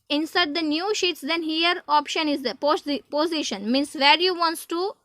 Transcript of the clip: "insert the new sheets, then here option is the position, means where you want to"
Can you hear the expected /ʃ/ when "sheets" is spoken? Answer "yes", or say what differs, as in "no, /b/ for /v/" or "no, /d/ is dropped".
yes